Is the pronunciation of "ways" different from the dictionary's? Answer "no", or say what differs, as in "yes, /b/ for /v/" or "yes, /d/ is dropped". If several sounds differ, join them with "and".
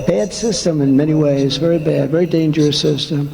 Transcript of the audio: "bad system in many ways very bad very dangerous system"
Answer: no